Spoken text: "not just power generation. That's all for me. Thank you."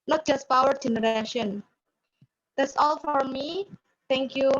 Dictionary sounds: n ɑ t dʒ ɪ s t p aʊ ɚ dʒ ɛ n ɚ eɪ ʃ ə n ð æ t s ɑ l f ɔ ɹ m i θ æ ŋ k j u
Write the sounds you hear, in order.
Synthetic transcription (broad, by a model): n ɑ t dʒ ɪ s t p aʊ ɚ dʒ ɛ n ɚ eɪ ʃ ə n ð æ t s ɑ l f ɔ ɹ m i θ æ ŋ k j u